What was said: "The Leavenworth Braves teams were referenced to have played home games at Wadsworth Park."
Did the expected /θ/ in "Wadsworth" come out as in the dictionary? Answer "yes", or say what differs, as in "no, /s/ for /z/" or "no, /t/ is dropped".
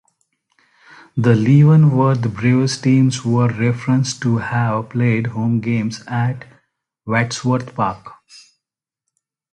no, /t/ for /θ/